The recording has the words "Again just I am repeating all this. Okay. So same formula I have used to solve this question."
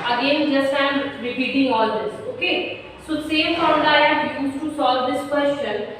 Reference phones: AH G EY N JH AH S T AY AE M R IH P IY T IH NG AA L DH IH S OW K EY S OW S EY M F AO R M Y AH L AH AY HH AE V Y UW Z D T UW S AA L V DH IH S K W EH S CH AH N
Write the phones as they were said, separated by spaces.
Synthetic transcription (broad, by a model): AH G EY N JH AH S T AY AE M R IH P IY T IH NG AA L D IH S OW K EY S OW S EY M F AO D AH AH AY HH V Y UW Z T UW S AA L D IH S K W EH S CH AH N